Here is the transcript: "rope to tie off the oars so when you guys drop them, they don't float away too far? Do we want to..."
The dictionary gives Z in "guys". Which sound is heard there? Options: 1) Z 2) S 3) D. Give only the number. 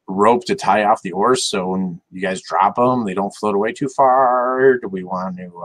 1